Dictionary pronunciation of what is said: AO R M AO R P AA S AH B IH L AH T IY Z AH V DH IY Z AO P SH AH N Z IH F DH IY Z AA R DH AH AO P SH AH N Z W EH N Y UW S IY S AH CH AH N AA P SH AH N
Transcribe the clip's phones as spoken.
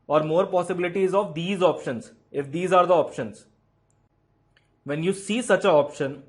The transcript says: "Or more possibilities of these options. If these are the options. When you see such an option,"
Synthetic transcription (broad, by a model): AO R M AO R P AA S AH B IH L AH T IY Z AH V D IY Z AO P SH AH N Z IH F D IY Z AA R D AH AO P SH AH N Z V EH N Y UW S IY S AH CH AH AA P SH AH N